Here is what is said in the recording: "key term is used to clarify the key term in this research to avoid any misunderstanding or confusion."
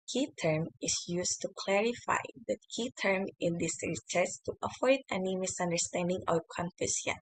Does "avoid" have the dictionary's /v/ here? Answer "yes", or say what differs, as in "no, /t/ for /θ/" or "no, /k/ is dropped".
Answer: no, /f/ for /v/